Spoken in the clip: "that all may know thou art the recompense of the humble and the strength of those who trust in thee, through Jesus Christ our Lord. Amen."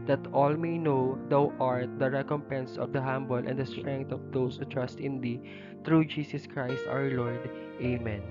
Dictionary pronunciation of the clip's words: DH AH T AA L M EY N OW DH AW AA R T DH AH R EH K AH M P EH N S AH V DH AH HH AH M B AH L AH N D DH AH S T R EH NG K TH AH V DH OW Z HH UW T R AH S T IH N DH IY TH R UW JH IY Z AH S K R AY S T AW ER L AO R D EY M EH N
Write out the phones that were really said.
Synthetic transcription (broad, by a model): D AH T AA L M EY N OW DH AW AA R T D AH R EH K AH M P EH N S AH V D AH HH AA M B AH L AH N D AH S T R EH NG K T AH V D OW S HH UW T R AH S T IH N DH IY T R UW JH IY S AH S K R AY S T AW ER L AO R D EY M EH N